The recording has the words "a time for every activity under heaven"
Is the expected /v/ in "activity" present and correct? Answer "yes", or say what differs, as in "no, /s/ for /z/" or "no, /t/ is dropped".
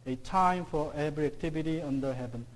no, /b/ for /v/